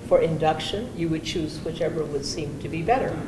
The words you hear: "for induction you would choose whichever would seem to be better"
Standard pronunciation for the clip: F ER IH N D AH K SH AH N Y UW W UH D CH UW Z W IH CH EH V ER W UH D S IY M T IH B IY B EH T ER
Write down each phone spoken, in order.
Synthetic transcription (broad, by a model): F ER IH N D AH K SH AH N Y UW W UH D CH UW Z W IH CH EH V ER W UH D S IY M T IH B IY B EH T ER